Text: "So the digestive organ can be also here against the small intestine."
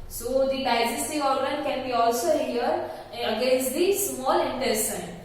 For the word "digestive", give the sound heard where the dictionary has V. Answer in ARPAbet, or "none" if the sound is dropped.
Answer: none